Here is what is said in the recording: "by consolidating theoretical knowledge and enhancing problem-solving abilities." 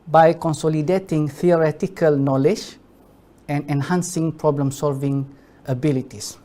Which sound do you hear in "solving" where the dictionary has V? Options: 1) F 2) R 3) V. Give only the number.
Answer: 3